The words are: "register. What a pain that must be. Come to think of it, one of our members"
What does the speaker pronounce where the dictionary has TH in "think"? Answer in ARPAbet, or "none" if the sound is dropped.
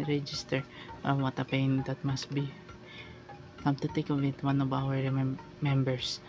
T